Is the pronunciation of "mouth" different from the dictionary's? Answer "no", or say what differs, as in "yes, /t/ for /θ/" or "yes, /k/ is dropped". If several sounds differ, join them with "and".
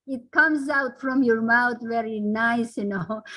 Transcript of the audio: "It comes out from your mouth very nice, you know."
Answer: yes, /t/ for /θ/